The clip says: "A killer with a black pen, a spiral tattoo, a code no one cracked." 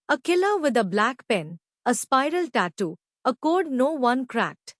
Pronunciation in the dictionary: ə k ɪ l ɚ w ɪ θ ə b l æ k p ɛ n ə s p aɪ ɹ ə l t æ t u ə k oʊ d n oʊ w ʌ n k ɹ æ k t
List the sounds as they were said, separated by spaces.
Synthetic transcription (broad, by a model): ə k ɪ l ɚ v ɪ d ə b l æ k p ɛ n ə s p aɪ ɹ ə l t æ t u ə k oʊ d n oʊ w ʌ n k ɹ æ k t